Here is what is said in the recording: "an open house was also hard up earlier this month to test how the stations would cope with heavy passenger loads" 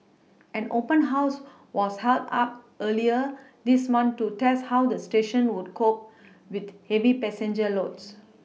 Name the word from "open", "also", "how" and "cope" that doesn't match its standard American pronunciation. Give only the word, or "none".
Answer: also